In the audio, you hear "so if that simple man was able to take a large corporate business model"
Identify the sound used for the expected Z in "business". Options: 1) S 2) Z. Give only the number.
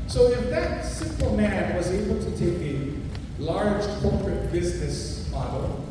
2